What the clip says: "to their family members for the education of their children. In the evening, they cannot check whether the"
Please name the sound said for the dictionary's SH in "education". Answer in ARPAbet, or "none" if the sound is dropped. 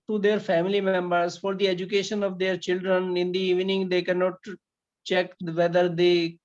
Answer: SH